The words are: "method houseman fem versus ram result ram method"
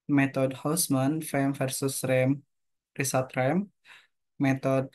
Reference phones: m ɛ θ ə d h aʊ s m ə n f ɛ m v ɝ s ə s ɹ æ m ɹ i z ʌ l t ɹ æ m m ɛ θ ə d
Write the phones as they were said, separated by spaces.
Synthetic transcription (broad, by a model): m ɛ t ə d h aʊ s m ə n f ɛ m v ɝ s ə s ɹ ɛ m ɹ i s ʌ t ɹ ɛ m m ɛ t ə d